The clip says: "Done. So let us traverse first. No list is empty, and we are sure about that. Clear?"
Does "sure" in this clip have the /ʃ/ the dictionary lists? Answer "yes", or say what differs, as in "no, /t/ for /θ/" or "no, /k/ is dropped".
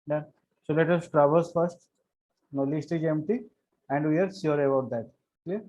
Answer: no, /s/ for /ʃ/